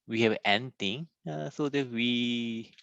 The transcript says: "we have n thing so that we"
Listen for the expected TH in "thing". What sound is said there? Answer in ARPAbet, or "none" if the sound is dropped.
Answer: T